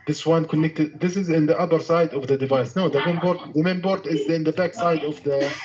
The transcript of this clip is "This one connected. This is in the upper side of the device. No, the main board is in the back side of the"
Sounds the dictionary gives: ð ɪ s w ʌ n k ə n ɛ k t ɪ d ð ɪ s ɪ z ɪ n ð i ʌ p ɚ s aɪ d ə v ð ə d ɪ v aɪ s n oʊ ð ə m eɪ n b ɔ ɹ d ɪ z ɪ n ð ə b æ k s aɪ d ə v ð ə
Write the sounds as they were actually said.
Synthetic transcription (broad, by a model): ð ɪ s w ʌ n k ə n ɛ k t ɪ d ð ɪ s ɪ z ɪ n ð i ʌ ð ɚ s aɪ d ə v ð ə d ɪ v aɪ s n oʊ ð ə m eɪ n b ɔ ɹ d ɪ z ɪ n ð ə b æ k s aɪ d ə v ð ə